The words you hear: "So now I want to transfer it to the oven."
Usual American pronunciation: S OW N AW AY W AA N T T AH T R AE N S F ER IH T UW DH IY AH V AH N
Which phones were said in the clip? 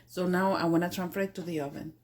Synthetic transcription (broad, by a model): S OW N AW AY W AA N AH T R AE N F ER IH T UW DH IY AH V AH N